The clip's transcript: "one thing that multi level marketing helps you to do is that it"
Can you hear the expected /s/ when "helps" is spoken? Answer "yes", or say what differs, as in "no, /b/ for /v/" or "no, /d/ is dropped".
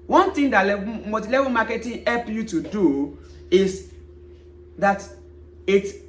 no, /s/ is dropped